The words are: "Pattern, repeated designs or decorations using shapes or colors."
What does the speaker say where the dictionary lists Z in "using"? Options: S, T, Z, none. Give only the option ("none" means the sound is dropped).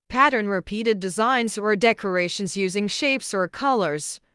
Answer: Z